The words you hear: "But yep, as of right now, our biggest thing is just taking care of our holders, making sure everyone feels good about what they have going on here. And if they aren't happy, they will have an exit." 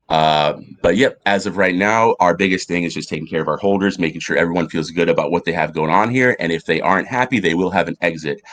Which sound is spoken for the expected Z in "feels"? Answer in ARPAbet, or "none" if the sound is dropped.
Z